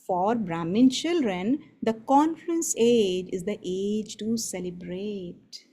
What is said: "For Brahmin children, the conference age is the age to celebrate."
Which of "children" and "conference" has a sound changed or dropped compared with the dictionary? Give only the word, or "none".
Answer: conference